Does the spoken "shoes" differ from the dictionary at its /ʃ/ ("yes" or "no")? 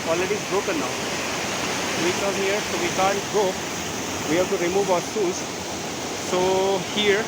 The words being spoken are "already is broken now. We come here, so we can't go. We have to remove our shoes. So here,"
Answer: yes